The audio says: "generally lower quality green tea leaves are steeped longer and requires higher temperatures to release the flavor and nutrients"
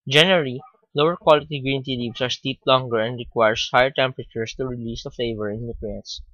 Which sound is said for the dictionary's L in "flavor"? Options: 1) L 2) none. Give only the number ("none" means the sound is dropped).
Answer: 2